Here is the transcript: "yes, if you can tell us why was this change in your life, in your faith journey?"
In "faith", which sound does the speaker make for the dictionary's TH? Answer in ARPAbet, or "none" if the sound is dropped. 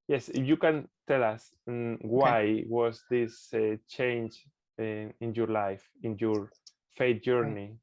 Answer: T